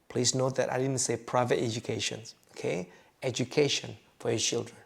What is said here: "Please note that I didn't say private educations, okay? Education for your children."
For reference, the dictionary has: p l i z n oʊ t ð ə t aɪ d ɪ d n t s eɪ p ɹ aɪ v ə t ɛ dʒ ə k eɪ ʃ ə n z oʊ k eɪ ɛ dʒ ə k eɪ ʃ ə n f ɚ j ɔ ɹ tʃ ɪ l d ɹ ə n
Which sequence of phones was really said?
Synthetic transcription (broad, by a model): p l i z n oʊ t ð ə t aɪ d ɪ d n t s eɪ p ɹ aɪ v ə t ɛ dʒ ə k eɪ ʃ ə n oʊ k eɪ ɛ dʒ ə k eɪ ʃ ə n f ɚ j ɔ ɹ tʃ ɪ l d ɹ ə n